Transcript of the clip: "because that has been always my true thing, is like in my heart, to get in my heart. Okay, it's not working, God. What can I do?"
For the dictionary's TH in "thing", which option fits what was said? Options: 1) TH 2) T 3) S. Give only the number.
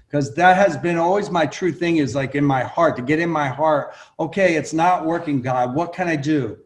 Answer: 1